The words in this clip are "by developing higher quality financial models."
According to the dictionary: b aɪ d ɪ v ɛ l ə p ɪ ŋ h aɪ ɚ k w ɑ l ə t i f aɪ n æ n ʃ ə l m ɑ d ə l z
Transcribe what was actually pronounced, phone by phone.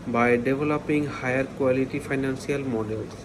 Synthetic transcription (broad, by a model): b aɪ d ɪ v ɛ l ə p ɪ ŋ h aɪ ɚ k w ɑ l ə t i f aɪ n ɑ n s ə l m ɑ d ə l